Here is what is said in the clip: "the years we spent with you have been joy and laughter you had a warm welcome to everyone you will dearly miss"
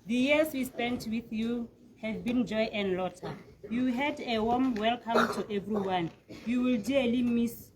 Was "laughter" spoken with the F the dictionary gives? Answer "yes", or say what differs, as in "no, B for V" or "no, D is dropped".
no, F is dropped